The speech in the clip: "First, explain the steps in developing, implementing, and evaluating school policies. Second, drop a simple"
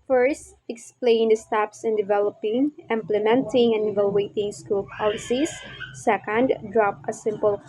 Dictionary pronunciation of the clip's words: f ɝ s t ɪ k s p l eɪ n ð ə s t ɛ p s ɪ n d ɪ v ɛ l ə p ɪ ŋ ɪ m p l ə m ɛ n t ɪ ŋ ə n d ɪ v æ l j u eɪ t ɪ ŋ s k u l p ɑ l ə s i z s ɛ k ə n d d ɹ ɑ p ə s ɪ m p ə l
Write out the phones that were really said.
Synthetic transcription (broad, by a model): f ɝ s t ɪ k s p l eɪ n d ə s t ɛ p s ɪ n d ɪ v ɛ l ə p ɪ ŋ ɪ m p l ə m ɛ n t ɪ ŋ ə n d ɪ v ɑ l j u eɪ t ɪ ŋ s k u l p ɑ l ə s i s ɛ k ə n d d ɹ ɑ p ə s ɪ m p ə l